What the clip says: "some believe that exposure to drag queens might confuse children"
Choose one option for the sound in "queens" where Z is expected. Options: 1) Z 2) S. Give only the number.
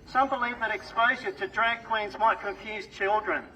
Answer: 1